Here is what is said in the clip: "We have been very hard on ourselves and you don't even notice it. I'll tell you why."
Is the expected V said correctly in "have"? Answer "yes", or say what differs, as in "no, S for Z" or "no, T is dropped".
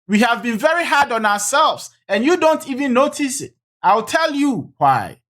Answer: yes